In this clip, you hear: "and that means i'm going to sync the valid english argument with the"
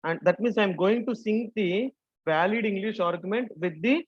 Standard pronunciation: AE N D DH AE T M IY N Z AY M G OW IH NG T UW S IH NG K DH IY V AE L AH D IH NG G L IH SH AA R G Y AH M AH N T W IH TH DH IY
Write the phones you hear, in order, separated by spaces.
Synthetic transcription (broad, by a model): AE N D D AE T M IY N S AY M G OW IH NG T UW S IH NG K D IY V AE L AH D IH NG G L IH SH AA R G Y AH M AH N T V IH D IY